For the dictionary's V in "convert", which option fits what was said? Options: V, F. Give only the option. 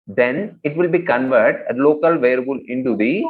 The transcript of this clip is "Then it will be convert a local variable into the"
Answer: V